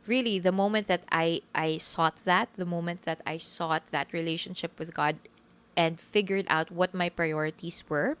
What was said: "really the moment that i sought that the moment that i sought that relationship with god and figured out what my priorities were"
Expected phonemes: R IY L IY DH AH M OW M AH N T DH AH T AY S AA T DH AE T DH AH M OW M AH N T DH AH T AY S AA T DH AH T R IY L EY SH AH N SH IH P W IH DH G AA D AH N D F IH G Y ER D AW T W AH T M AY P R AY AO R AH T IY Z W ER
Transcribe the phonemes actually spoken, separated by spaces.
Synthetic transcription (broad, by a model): R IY L IY DH AH M OW M AH N T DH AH T AY S AA T DH AE T DH AH M OW M AH N T DH AH T AY S AA T DH AH T R IY L EY SH AH N SH IH P W IH DH G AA D AH N D F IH G Y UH D AW T W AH T M AY P R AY AO R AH T IY S W ER